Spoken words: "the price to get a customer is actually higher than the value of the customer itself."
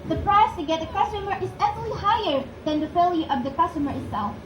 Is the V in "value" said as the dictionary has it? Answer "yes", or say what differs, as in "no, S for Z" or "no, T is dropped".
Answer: no, F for V